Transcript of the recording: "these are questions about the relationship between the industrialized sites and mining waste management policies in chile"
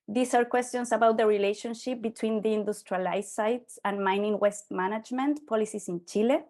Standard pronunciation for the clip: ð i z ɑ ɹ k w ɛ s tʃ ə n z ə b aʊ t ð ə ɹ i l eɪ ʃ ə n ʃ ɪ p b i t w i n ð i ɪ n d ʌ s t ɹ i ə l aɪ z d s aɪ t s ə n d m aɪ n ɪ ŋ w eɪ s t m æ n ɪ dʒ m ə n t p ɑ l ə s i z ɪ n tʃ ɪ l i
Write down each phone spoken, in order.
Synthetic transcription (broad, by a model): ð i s ɑ ɹ k w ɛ s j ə n s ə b aʊ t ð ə ɹ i l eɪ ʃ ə n ʃ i p b i t w i n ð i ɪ n d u s t ɹ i l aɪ s aɪ t s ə n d m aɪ n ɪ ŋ w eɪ s t m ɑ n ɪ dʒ m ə n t p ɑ l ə s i s ɪ n tʃ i l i